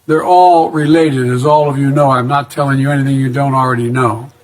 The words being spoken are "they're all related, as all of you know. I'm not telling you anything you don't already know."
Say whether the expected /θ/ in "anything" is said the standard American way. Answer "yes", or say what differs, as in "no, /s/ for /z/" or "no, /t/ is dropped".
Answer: yes